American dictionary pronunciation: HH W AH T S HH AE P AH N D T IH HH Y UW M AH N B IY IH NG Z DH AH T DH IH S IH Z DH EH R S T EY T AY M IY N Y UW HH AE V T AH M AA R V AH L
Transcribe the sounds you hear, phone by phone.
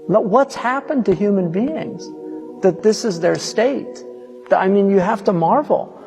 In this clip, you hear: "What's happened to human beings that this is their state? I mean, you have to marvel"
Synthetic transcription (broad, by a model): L W AH T S HH AE P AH N T IH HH Y UW M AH N B IY IH NG Z DH AH T DH IH S IH Z DH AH R S T EY T AY M IY N Y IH HH AE F T AH M AA R V L